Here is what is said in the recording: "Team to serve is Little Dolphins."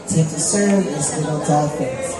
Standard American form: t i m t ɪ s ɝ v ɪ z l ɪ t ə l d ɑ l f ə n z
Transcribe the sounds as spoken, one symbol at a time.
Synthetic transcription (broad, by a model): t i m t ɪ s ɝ ɪ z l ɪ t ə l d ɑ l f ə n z